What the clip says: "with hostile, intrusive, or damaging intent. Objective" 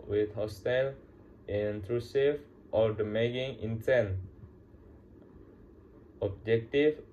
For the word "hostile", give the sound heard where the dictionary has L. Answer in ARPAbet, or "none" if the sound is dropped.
L